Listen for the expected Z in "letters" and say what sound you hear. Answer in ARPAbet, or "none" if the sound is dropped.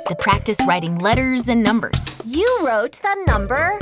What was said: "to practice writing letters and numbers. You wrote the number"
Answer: Z